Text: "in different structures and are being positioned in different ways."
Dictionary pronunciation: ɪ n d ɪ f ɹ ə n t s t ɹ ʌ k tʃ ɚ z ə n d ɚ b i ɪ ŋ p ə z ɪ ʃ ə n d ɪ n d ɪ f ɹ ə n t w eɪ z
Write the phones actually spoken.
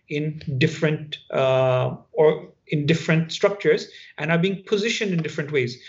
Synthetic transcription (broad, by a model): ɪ n d ɪ f ɹ ə n t s t ɹ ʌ k tʃ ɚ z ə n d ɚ b i ɪ ŋ p ə z ɪ ʃ ə n d ɪ n d ɪ f ɹ ə n t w eɪ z